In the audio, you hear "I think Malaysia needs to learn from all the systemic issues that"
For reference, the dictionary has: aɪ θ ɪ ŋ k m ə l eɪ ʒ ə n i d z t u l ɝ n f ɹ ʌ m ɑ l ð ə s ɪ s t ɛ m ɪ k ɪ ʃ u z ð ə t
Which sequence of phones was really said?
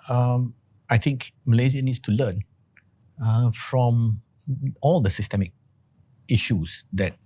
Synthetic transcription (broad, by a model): aɪ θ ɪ ŋ k m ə l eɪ z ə n i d s t u l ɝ n f ɹ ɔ m ɑ l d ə s ɪ s t ɛ m ɪ k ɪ ʃ u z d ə t